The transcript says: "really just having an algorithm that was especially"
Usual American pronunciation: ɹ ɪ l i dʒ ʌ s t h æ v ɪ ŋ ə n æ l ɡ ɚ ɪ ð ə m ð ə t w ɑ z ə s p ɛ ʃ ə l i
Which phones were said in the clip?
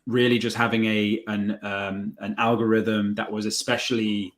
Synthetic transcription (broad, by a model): ɹ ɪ l i dʒ ʌ s t h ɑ v ɪ ŋ ə n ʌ l ɡ ɚ ɪ ð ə m ð ə t w ɑ z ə s p ɛ ʃ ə l i